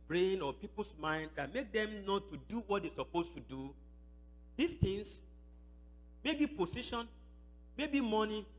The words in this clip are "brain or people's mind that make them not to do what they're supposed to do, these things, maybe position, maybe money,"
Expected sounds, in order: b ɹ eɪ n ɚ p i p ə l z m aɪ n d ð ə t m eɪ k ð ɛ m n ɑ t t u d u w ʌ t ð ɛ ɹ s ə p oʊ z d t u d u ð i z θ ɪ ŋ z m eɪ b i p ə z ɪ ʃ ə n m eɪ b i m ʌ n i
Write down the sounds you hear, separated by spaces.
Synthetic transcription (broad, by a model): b ɹ eɪ n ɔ p i p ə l s m aɪ n d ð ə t m eɪ k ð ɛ m n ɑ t t u d u w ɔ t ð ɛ s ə p oʊ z t u d u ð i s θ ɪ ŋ s m eɪ b i p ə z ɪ ʃ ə n m eɪ b i m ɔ n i